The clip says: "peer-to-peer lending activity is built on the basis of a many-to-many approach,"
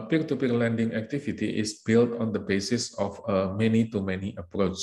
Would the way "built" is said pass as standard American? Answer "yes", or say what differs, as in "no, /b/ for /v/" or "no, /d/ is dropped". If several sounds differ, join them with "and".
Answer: yes